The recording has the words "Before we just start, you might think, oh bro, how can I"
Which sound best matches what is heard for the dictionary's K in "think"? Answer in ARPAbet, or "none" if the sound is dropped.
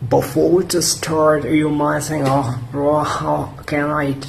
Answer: none